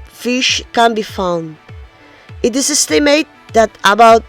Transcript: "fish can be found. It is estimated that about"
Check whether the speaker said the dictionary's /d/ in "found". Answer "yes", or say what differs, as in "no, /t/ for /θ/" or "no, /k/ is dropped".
yes